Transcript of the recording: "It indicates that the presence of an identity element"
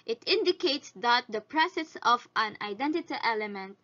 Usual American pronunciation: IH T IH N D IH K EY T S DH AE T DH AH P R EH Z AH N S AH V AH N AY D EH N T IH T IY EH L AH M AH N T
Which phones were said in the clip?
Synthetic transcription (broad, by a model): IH T IH N D IH K EY T S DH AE T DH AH P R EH S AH S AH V AH N AY D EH N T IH T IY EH L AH M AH N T